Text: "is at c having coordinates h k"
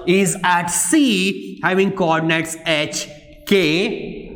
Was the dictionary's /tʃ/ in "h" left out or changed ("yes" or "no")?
no